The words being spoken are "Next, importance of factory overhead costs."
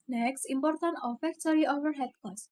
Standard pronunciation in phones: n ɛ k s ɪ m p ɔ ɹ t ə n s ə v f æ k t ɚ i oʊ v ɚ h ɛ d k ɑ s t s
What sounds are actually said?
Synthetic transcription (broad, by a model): n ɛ k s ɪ m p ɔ ɹ t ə n ə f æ k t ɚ i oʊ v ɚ h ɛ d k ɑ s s